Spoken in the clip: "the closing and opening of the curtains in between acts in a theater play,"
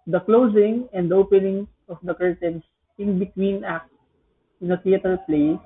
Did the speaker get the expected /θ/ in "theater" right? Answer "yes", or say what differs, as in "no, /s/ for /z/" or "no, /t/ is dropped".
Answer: no, /t/ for /θ/